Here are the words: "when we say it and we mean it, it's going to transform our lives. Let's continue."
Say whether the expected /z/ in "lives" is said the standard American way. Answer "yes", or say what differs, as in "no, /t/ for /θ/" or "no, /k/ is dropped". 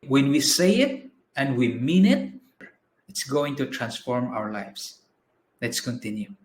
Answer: no, /s/ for /z/